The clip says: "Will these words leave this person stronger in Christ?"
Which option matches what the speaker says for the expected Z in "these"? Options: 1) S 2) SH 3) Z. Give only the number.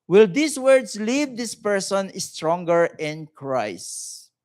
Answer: 1